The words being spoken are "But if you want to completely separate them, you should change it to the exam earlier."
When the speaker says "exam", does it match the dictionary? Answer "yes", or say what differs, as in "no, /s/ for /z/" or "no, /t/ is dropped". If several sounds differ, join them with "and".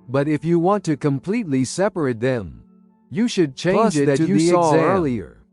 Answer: no, /m/ is dropped